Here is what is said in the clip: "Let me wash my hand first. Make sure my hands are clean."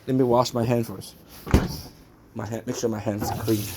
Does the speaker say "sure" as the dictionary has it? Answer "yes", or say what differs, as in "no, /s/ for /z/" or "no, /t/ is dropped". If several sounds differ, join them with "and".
no, /s/ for /ʃ/